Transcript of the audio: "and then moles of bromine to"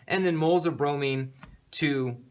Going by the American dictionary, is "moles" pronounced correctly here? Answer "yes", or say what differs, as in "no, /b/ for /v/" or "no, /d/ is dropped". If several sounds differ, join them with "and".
yes